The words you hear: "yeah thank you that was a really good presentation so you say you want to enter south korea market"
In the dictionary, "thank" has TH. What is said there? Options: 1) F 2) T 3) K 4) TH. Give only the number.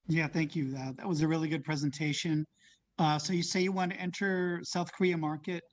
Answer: 4